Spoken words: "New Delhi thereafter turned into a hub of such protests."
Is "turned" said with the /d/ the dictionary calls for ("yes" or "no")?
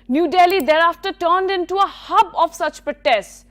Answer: yes